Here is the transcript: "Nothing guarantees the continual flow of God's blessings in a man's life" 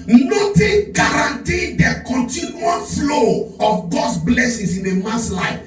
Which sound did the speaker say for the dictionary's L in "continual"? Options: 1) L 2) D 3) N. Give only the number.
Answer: 3